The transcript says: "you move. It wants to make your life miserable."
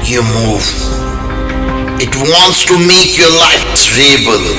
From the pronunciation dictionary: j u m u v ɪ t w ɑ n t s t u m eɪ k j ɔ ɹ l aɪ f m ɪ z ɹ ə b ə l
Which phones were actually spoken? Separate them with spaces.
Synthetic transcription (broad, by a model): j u m u v ɪ t w ɑ n t s t u m eɪ k j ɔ l aɪ f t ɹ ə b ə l